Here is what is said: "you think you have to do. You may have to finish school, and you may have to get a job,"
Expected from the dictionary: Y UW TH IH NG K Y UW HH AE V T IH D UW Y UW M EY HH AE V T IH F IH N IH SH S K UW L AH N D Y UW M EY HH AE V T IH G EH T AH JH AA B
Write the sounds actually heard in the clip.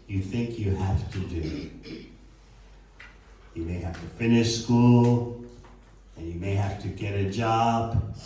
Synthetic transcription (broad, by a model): Y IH TH IH NG K Y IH HH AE F T IH D UW Y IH M EY HH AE F T IH F IH N IH SH S K UW L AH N Y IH M EY HH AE F T IH G EH T AH JH AA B